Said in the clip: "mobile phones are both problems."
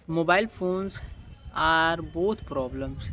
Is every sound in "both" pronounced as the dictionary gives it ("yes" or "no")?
no